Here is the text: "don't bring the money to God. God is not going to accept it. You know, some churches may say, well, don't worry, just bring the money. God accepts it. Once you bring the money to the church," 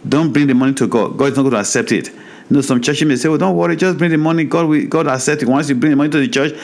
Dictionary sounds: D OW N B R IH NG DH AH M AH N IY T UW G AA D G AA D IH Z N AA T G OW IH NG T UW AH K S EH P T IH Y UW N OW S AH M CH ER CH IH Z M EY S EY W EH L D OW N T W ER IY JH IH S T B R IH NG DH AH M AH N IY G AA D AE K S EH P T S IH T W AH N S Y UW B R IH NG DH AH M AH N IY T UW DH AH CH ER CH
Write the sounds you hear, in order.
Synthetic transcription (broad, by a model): D OW N B R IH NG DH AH M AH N IY T UW G AA D G AA D IH Z N AA T G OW T UW AH K S EH P T IH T N OW S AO M CH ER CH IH M EY S EY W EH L D OW N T W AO IY JH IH S B R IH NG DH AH M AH N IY G AA D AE K S EH P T IH T W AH N S Y UW B R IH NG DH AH M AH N IY T UW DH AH CH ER CH